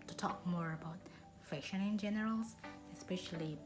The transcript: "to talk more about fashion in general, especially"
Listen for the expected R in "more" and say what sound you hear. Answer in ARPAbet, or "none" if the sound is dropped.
R